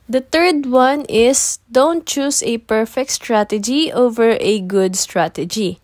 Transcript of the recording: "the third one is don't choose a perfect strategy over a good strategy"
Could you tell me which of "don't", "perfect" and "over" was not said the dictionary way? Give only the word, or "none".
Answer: none